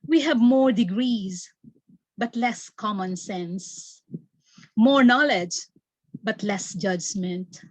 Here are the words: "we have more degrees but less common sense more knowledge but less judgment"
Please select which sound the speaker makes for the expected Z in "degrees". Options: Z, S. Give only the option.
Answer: Z